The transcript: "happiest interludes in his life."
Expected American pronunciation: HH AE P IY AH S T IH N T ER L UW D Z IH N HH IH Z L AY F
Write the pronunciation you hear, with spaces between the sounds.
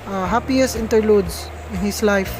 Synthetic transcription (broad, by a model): HH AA P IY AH S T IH N T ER L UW D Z IH N HH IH S L AY F